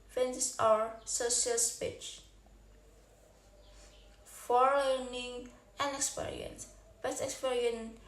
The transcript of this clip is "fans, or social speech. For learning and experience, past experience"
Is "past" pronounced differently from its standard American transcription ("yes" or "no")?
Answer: yes